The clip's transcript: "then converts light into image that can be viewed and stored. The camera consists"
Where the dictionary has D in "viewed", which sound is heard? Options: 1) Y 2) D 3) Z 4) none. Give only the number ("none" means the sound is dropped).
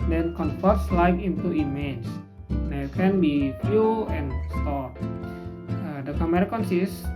4